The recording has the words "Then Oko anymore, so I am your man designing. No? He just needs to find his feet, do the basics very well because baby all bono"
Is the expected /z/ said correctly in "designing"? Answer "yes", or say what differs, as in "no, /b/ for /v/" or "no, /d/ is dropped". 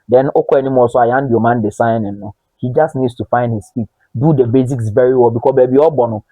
no, /s/ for /z/